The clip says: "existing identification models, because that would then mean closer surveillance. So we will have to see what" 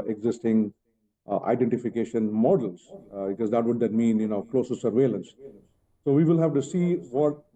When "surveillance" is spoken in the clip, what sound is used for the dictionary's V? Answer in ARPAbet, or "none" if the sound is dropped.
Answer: V